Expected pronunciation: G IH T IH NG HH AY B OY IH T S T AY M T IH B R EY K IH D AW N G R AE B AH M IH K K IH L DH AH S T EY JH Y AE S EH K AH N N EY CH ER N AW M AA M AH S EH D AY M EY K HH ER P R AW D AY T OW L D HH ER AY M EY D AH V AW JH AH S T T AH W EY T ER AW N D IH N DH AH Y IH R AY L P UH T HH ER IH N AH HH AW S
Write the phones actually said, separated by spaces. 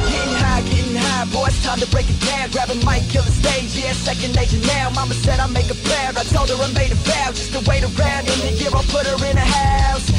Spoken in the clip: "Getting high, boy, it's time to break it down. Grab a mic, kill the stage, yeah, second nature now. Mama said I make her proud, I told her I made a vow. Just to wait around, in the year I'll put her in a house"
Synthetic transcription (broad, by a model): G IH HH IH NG HH AY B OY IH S T AY M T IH B R EY K IH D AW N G R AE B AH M IH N K IH L DH AH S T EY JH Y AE S EH K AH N N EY SH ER N AW M AA M AH S EH D AY M EY K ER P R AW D AY T OW L D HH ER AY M EY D AH F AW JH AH S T T AH W EY T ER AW N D IH N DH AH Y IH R AY L P UH T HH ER IH N AH HH AW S